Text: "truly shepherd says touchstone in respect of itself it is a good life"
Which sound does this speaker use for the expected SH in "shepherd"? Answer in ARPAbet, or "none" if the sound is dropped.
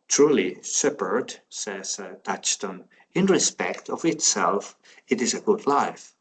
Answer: S